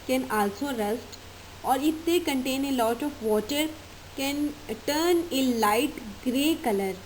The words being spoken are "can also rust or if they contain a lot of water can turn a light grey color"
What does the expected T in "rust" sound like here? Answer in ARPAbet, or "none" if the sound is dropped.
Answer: T